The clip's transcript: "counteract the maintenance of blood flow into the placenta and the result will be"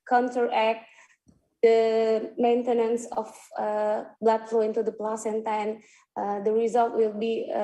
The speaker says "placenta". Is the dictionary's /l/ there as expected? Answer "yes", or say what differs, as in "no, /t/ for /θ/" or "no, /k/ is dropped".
yes